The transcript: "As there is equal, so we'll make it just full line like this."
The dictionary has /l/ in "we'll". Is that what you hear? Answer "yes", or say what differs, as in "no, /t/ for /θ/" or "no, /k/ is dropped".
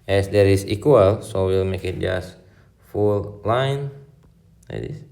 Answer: yes